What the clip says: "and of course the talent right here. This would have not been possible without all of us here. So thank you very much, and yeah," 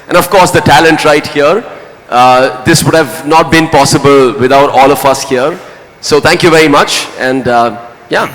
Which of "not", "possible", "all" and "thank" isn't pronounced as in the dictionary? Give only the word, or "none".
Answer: thank